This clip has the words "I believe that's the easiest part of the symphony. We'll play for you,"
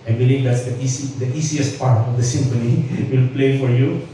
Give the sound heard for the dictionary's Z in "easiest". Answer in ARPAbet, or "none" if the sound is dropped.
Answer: S